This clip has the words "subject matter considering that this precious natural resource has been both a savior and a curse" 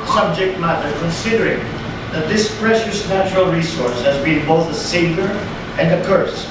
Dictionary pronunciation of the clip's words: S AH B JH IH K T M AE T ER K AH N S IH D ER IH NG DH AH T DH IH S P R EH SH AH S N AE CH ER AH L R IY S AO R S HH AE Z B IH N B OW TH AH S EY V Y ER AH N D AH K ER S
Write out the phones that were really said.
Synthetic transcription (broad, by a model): S AH B JH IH K T M AE T ER K AH N S IH D ER IH NG DH AH T DH IH S P R EH SH AH S N AE CH ER AH L R IY S AO R S HH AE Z B IH N B OW TH AH S EY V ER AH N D AH K ER S